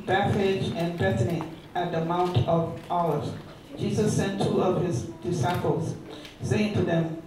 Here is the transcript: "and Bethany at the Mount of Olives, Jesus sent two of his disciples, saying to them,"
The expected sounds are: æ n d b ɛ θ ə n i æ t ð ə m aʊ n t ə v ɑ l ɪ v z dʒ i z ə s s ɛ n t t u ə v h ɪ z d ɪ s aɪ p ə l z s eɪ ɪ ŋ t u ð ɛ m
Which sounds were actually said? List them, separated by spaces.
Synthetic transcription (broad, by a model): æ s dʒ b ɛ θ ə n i æ t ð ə m aʊ n t ə v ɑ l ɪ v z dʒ i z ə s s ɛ n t t u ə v h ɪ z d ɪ s aɪ p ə l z s eɪ ɪ ŋ t u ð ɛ m